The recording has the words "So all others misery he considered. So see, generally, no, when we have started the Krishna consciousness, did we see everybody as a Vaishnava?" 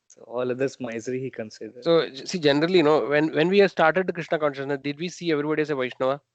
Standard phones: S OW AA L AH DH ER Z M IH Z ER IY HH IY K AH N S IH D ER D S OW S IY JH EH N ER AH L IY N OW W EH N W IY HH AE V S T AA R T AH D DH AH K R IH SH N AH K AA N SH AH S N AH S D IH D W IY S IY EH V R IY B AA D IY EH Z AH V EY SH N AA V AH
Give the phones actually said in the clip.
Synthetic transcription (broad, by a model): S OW AA L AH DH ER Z M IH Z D IY HH IY K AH N S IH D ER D S OW S IY JH EH N ER AH L IY N OW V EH N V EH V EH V S T AA R T AH D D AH K R IH SH N AH K AA N SH AH S N AH S D IH D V IY S IY EH V R IY B AA D IY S AH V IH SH N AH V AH